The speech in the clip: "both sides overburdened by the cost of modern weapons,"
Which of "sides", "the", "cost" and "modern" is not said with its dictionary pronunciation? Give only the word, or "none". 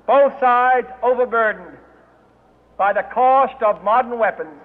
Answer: none